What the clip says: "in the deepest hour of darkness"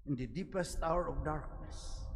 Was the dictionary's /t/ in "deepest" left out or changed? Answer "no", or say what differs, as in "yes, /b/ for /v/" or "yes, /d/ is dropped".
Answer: no